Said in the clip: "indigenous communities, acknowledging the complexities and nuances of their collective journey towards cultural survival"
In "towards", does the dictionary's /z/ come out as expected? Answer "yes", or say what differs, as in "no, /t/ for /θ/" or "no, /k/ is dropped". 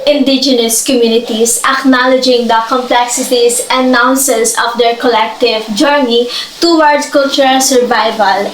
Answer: no, /z/ is dropped